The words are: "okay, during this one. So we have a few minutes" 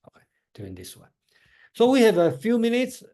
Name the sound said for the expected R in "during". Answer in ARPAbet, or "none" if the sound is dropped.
none